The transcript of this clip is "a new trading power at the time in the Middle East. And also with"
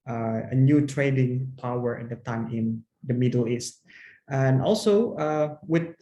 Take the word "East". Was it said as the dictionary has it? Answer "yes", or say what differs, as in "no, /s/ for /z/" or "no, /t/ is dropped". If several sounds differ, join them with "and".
yes